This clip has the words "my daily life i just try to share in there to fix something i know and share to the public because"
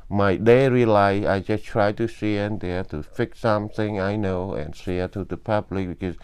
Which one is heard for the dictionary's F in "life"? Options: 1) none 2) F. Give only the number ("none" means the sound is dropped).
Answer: 1